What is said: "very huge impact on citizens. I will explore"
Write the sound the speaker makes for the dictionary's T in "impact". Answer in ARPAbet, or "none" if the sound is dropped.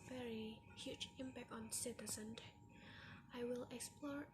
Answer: T